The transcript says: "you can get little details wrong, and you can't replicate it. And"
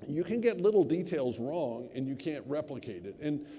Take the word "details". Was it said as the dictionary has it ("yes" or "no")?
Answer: yes